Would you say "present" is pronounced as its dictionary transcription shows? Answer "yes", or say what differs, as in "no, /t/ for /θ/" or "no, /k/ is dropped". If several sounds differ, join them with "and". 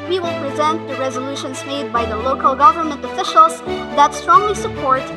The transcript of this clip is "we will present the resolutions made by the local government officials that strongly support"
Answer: yes